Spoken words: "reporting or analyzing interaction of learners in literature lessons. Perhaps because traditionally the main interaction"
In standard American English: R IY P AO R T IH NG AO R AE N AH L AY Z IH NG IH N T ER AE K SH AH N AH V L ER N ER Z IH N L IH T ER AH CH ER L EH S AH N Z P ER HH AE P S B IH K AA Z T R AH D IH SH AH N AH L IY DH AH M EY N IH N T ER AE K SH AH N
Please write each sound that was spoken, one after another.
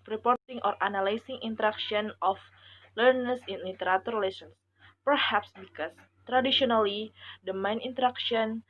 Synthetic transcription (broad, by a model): R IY P AO R T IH NG AO R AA N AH L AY S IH NG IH N T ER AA K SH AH N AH F L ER N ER S IH N L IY T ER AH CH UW L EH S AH N S P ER HH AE P S B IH K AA S T R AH D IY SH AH N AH L IY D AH M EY N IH N T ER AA K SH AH N